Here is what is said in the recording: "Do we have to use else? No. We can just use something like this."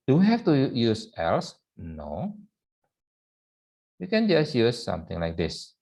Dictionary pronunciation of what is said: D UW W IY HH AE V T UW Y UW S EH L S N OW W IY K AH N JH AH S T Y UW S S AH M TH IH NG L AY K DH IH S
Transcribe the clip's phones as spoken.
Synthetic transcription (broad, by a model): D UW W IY HH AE F T UW Y UW S EH L S N OW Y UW K AH N JH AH S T Y UW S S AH M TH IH NG L AY K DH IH S